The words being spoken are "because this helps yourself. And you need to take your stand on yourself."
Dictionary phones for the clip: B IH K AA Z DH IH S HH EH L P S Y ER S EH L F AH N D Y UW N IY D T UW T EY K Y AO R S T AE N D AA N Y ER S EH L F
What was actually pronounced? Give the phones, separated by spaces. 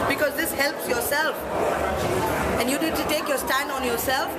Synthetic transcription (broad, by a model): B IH K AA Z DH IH S HH EH L P S Y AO S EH L F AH N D Y UW N IY D T UW T EY K Y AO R S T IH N AA N Y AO S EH L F